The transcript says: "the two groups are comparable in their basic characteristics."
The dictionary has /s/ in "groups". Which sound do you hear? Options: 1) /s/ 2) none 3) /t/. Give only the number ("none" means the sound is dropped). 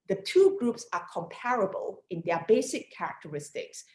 1